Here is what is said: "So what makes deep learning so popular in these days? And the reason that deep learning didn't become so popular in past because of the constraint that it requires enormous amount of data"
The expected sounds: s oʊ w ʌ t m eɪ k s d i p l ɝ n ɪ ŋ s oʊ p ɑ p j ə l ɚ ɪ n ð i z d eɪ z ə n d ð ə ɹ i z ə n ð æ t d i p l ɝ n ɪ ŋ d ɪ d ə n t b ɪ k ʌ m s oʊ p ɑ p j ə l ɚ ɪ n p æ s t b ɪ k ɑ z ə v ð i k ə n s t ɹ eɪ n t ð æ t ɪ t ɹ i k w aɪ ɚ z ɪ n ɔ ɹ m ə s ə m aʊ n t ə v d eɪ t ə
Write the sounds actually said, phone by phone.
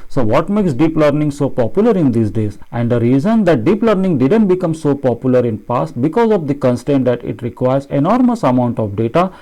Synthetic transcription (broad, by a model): s oʊ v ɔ t m eɪ k s d i p l ɝ n ɪ ŋ s oʊ p ɑ p j ə l ɚ ɪ n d i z d eɪ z ə n d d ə ɹ i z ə n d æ t d i p l ɝ n ɪ ŋ d ɪ d ə n t b ɪ k ʌ m s oʊ p ɑ p j ə l ɚ ɪ n p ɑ s t b ɪ k ɑ z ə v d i k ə n s t eɪ n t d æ t ɪ t ɹ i k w aɪ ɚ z ɪ n ɔ ɹ m ə s ə m aʊ n t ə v d eɪ t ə